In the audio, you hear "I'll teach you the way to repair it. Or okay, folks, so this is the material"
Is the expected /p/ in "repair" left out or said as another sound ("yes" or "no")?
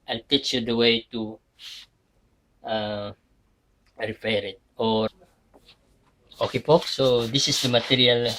yes